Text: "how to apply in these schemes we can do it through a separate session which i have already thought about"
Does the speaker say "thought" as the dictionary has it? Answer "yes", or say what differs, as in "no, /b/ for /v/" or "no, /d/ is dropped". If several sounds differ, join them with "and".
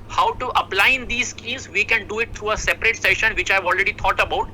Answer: no, /t/ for /θ/